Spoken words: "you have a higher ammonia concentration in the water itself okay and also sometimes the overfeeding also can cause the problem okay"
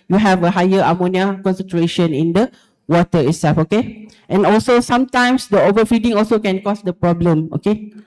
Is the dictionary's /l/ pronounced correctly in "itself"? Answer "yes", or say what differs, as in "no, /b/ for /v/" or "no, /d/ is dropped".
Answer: no, /l/ is dropped